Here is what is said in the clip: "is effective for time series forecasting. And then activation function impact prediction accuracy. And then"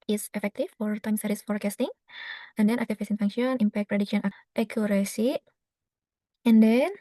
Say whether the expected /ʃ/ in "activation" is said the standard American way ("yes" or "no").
no